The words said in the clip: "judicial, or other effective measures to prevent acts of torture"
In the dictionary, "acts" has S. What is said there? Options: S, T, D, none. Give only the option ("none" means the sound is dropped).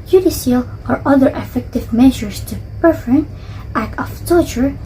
none